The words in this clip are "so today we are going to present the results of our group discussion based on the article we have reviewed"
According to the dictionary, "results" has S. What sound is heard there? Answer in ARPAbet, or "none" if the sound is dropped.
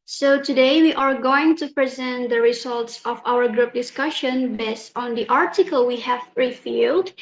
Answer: S